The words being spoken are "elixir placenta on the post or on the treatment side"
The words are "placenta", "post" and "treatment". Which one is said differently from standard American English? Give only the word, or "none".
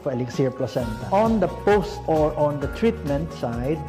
none